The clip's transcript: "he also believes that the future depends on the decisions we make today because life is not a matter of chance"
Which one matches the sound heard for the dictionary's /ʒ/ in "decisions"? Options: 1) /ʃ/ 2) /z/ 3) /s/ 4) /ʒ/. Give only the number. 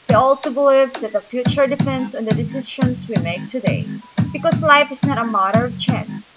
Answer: 1